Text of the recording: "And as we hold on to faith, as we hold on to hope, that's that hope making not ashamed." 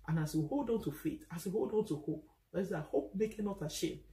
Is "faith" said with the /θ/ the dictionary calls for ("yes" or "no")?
no